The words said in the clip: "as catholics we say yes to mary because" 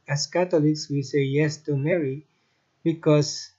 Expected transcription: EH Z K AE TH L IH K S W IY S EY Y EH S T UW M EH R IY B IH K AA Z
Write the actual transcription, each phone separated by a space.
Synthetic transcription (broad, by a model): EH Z K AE T L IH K S W IY S EY Y EH S T UW M EH R IY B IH K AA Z